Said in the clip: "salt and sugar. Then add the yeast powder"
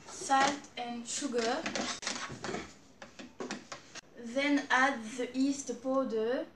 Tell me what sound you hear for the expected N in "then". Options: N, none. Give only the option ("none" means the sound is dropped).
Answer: N